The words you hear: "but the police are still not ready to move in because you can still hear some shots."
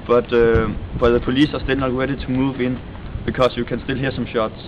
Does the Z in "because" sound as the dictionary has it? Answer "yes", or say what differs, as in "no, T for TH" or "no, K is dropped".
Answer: no, S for Z